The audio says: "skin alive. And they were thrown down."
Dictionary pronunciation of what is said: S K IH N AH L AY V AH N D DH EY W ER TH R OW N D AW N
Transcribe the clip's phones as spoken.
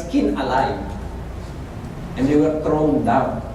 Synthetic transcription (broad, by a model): K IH N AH L AY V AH N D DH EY W ER T R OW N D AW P